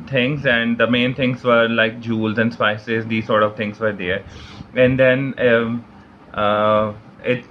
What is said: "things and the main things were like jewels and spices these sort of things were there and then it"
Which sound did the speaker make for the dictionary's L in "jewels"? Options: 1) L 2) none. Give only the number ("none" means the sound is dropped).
1